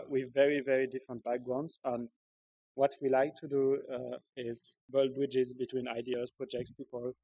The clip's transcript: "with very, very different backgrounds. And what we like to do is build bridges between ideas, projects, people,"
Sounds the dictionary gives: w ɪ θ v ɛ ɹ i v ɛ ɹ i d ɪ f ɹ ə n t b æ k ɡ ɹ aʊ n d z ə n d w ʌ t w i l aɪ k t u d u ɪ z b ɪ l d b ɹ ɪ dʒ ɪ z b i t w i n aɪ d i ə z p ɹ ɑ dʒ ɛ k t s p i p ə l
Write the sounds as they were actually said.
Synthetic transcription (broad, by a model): w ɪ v ɛ ɹ i v ɛ ɹ i d ɪ f ɹ ə n t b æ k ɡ ɹ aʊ n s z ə n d w ʌ t w i l aɪ k t u d u ɪ z b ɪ l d b ɹ ɪ dʒ ɪ z b i t w i n aɪ d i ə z p ɹ ɑ dʒ ɛ k t s p i p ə l